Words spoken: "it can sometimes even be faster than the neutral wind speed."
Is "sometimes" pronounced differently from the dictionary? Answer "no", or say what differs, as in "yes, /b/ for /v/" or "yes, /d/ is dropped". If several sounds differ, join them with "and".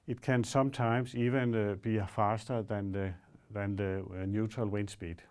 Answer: yes, /s/ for /z/